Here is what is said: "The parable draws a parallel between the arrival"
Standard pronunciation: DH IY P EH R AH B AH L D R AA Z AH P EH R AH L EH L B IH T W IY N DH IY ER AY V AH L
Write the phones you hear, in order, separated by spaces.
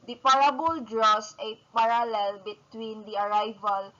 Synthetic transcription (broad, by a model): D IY P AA R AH B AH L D R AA S AH P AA R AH L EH L B IH T W IY N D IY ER AY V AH L